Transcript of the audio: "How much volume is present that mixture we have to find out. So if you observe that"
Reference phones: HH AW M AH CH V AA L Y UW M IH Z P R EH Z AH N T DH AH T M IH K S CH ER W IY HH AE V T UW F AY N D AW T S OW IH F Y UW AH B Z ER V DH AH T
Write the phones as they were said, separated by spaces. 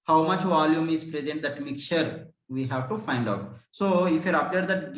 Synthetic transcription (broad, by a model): HH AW M AH CH V AA L Y UW M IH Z P R EH Z AH N T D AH T M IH K CH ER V IY HH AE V T UW F AY N D AW T S OW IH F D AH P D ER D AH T